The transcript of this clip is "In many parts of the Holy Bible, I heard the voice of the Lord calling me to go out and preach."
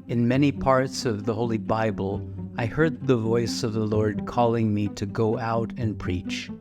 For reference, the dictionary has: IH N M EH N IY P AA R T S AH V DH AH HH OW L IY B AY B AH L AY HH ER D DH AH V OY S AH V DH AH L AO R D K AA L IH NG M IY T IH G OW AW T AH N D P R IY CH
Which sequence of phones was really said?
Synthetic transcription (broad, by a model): IH N M EH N IY P AA R T S AH V DH AH HH OW L IY B AY B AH L AY HH ER D DH AH V OY S AH V DH AH L AO R D K AA L IH NG M IY T IH G OW AW T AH N P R IY CH